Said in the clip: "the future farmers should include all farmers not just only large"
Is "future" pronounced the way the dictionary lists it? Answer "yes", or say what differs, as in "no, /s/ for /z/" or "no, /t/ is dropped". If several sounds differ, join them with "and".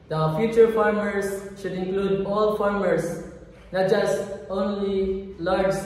yes